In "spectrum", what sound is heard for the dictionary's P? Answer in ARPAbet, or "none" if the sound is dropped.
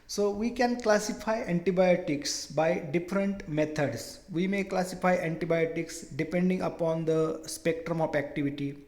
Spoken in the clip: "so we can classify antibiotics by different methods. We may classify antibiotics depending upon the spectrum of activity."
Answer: P